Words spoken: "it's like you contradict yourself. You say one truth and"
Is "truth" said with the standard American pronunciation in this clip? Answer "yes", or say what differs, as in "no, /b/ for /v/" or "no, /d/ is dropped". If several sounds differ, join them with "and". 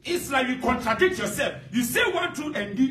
no, /ɹ/ is dropped